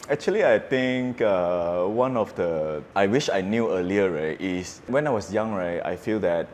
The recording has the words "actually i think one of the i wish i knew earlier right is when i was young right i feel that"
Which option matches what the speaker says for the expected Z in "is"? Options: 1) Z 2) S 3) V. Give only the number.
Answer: 2